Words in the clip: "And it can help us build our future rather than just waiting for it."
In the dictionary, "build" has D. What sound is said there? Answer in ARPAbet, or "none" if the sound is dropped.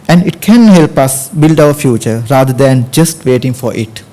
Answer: D